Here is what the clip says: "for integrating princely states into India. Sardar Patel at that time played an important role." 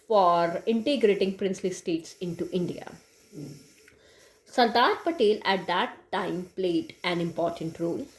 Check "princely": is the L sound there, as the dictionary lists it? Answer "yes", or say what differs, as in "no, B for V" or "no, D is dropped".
yes